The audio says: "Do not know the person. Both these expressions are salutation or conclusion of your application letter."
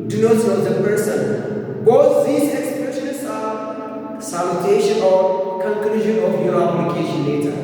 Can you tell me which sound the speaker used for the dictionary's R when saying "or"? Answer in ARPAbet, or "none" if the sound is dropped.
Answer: L